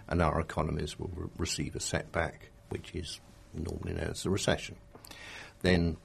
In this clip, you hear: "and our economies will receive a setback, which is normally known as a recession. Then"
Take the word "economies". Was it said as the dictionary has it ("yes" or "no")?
yes